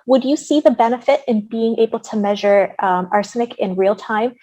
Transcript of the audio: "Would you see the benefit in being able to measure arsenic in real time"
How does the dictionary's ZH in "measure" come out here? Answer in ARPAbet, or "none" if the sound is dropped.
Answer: ZH